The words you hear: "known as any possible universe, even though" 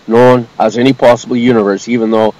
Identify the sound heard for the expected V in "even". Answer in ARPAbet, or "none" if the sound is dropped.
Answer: V